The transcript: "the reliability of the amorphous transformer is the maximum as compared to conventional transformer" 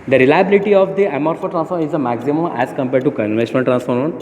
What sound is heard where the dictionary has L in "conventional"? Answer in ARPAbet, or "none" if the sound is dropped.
N